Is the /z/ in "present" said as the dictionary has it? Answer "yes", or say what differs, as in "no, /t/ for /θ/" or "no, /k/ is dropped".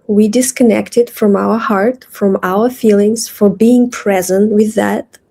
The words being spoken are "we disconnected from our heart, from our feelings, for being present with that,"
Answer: yes